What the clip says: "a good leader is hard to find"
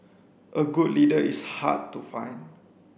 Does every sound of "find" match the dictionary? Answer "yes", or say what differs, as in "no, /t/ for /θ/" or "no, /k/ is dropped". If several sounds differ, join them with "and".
no, /d/ is dropped